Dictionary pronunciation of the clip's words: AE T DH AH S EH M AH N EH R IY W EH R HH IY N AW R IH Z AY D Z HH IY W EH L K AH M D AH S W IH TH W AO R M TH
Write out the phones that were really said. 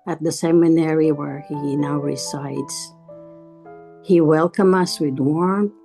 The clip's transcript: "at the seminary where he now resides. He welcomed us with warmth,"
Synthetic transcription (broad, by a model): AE T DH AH S EH M AH N EH R IY W EH R HH IY N AW R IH S AY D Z HH IY W EH L K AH M AH S W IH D W AO R M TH